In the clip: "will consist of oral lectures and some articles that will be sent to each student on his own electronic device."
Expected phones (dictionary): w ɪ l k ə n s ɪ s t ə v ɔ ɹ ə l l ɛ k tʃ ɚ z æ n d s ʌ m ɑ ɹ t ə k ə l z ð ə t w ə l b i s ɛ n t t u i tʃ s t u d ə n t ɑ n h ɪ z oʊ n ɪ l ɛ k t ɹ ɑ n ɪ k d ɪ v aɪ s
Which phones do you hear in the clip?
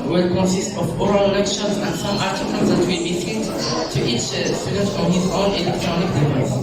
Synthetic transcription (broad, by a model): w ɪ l k ə n s ɪ s t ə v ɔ ɹ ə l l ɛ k ʃ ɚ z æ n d s ʌ m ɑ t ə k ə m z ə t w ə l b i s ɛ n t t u i tʃ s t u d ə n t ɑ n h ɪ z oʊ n ɪ l ɛ k t ɹ ɑ n ɪ k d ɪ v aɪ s